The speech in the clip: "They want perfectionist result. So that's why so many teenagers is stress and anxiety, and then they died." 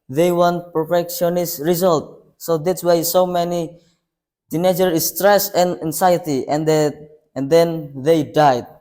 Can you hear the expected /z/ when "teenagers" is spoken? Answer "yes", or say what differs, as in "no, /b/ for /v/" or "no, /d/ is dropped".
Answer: no, /z/ is dropped